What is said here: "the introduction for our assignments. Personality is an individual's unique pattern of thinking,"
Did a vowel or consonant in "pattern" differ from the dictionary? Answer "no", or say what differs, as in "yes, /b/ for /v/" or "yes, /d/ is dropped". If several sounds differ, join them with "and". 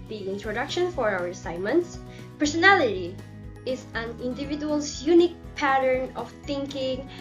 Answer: no